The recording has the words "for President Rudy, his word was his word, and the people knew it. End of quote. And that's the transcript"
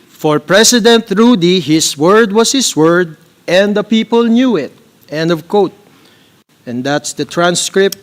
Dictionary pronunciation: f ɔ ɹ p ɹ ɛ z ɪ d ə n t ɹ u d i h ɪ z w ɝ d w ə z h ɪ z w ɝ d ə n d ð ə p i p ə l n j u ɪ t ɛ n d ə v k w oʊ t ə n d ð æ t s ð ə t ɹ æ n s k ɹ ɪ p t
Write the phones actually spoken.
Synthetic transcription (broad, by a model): f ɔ ɹ p ɹ ɛ s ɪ d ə n t ɹ u d i h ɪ s w ɝ d w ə s h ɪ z w ɝ d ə n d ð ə p i p ə l n j u ɪ t ɛ n d ə v k oʊ t ə n d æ t s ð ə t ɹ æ n s k ɹ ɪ p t